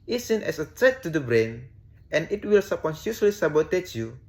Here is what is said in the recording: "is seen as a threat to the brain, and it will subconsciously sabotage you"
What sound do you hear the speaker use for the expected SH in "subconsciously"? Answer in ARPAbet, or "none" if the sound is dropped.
S